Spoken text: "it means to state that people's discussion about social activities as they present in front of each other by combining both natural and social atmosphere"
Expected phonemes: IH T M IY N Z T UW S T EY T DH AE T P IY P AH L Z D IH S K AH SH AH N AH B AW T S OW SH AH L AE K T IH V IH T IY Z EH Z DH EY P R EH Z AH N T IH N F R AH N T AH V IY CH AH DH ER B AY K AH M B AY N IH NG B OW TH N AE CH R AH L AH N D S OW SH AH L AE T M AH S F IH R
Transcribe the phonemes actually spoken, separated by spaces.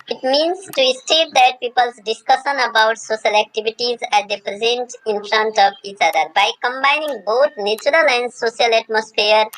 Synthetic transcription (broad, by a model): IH T M IY N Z T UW S T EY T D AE T P IY P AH L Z D IH S K AH SH AH N AH B AW T S OW SH AH L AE K T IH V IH T IY Z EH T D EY P R EH Z AH N T IH N F R AH N T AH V IY CH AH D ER B AY K AH M B AY N IH NG B OW T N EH CH R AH L AH N D S OW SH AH L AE T M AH S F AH R